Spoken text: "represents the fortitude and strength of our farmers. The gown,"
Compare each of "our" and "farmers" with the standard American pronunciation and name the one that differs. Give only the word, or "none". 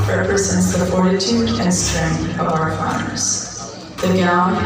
none